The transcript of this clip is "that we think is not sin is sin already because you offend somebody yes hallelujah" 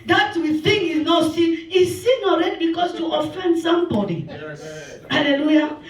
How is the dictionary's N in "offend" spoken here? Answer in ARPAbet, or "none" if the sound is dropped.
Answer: N